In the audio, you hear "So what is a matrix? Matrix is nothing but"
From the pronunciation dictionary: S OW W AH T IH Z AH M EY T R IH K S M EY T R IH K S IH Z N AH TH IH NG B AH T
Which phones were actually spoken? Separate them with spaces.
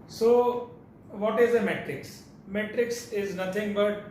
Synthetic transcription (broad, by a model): S OW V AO T IH Z AH M EY T R IH K S M EY T R IH K S IH Z N AH T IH NG B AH T